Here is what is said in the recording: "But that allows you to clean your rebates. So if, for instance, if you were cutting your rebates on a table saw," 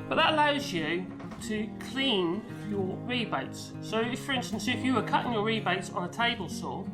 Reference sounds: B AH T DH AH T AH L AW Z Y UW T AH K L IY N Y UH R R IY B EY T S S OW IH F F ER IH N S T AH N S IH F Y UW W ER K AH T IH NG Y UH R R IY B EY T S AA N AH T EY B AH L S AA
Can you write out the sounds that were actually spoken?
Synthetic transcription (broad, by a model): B AH T DH AH T AH L AW Z Y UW T AH K L IY N Y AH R R IY B EY T S S OW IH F F ER IH N S T AH N S IH F Y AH W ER K AH T IH NG Y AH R R IY B EY T S N AH T EY B AH L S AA